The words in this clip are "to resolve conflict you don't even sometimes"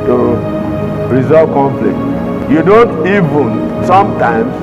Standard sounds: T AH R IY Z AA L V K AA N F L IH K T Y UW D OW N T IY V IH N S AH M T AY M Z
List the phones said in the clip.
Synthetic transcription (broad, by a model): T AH R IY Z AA V K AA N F L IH K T Y UW D OW N T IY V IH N S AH M T AY M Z